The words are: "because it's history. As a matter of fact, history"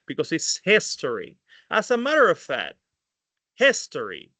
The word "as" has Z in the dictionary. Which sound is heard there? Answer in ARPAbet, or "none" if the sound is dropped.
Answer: S